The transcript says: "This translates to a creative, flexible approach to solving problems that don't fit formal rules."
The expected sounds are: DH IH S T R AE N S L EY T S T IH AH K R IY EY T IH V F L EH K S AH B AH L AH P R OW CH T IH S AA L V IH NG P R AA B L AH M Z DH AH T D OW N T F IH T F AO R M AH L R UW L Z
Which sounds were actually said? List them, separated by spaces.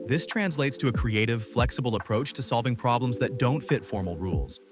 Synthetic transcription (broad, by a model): DH IH S T R AE N S L EY T S T IH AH K R IY EY T IH V F L EH K S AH B L AH P R OW CH T IH S AA L V IH NG P R AA B L AH M Z DH AH T D OW N T F IH T F AO R M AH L R UW L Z